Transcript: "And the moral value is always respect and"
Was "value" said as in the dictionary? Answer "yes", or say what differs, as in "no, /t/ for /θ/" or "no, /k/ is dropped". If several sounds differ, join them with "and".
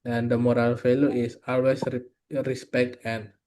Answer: no, /f/ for /v/